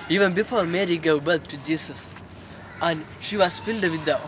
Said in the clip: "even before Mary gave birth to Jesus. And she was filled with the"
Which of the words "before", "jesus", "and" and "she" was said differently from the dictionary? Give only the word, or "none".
jesus